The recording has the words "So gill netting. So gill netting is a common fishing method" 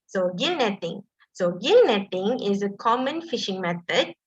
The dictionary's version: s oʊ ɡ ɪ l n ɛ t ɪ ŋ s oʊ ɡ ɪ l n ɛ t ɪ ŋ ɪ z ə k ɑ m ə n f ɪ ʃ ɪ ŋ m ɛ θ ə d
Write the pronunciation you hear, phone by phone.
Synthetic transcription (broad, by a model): s oʊ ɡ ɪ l n ɛ t ɪ ŋ s oʊ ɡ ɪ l n ɛ t ɪ ŋ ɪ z ə k ɑ m ə n f ɪ ʃ ɪ ŋ m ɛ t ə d